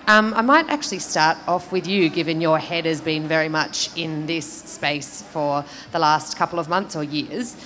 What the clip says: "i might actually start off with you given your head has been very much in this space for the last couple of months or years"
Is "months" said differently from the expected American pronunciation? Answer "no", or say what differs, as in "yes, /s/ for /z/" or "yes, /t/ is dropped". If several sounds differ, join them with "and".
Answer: no